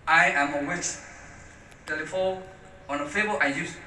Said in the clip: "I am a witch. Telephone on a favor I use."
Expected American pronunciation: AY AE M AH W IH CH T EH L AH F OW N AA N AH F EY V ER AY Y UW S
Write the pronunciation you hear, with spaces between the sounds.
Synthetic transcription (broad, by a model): AY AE M AH W IH CH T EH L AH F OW AA N AH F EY B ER AY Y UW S